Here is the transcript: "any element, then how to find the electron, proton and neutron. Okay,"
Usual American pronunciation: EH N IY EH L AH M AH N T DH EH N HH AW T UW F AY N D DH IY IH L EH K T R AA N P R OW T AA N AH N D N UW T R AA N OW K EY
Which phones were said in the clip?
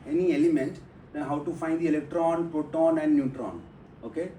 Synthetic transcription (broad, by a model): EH N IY EH L AH M AH N T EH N HH AW T UW F AY N D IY IH L EH K T R AA N P R OW T AA N AH N D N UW T R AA N OW K EY